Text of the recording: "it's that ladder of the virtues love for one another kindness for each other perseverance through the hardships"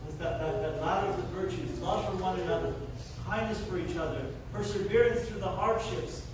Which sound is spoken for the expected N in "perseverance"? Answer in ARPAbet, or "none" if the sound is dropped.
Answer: N